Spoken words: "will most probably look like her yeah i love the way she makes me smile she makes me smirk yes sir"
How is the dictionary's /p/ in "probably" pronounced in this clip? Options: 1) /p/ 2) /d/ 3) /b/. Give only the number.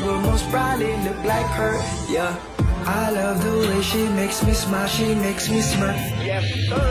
3